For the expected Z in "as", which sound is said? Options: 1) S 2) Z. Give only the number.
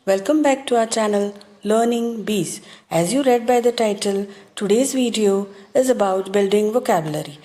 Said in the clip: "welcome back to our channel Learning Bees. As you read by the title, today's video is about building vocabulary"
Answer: 2